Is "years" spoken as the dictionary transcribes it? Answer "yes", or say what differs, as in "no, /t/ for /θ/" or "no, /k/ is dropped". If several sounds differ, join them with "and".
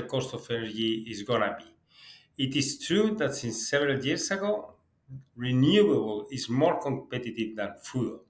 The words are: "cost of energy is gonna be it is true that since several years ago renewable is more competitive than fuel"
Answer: no, /s/ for /z/